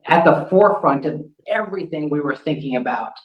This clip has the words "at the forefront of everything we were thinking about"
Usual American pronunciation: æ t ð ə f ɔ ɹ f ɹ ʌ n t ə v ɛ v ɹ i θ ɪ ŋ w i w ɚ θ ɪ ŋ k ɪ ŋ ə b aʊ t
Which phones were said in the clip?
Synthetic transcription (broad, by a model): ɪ t ð ə f ɔ ɹ f ɹ ʌ n t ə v ɛ v ɹ i θ ɪ ŋ w i w ɚ θ ɪ ŋ k ɪ ŋ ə b aʊ t